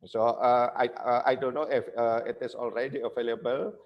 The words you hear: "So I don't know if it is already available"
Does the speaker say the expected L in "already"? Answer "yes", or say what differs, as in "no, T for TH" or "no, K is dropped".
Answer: yes